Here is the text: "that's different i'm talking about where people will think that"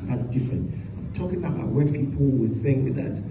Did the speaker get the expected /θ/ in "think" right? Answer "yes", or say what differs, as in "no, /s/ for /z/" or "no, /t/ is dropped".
yes